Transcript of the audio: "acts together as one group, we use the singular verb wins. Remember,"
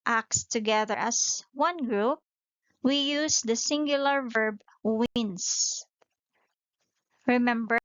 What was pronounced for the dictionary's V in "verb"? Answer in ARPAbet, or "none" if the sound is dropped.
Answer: V